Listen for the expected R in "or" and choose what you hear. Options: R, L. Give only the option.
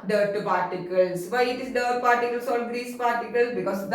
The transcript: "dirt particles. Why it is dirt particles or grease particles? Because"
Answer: L